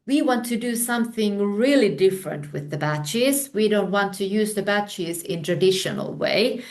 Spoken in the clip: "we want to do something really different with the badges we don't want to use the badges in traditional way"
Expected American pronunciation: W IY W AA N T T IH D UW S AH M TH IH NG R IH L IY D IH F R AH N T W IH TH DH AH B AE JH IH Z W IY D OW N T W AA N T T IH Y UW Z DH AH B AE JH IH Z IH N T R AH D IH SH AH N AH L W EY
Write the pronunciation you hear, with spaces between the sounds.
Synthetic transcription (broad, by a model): W IY W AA N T T IH D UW S AH M TH IH NG R IH L IY D IH F R AH N T W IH DH AH B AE CH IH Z W IY D OW N T W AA N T T IH Y UW Z DH AH B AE CH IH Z IH N T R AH D IH SH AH N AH L W EY